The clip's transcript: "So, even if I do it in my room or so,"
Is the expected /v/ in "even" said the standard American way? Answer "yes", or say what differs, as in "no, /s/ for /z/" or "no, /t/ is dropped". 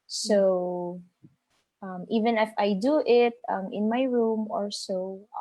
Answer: yes